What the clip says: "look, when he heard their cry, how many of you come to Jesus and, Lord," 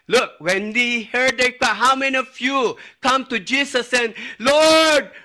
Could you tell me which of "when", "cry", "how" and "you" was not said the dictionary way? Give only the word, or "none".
cry